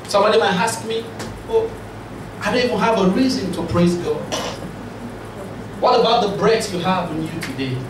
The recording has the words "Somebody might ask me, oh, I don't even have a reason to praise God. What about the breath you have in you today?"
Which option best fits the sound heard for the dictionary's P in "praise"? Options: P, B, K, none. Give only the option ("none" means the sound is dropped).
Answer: P